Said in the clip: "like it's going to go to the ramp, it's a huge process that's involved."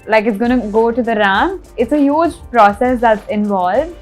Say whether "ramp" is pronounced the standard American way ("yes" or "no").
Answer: no